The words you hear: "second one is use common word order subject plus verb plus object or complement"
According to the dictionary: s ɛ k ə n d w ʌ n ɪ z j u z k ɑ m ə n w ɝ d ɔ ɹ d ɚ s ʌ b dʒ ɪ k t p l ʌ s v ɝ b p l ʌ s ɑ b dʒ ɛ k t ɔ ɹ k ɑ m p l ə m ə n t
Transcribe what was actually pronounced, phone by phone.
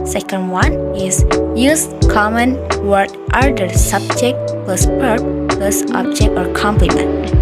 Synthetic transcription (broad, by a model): s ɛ k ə n d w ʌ n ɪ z j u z k ɑ m ə n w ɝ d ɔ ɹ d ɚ s ʌ b dʒ ɪ k t p l ʌ s p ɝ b p l ʌ s ɑ b dʒ ɛ k t ɔ ɹ k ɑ m p l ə m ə n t